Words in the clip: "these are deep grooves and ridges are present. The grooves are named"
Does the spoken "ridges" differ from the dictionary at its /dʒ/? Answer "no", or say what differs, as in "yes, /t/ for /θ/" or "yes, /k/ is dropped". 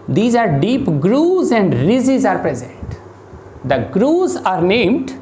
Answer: yes, /z/ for /dʒ/